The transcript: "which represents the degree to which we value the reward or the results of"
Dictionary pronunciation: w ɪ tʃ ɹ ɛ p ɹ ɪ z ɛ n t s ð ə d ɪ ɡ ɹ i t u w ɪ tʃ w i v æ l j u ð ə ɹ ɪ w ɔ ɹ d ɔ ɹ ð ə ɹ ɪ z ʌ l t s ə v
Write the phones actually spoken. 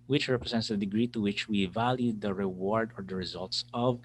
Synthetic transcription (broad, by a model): w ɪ tʃ ɹ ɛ p ɹ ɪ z ɛ n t s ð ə d ɪ ɡ ɹ i t u w ɪ tʃ w i v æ l j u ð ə ɹ ɪ w ɔ ɹ d ɔ ɹ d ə ɹ ɪ z ʌ l t s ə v